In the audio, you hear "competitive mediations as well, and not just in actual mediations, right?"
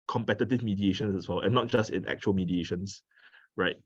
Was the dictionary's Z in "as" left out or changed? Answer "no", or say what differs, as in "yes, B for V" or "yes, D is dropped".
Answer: yes, S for Z